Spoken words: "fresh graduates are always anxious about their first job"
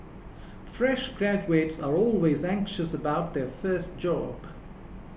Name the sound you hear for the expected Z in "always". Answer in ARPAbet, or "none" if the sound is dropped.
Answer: Z